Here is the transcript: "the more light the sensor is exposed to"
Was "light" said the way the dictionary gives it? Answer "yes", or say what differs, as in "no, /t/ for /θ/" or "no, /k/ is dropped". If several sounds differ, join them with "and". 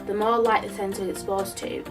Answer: yes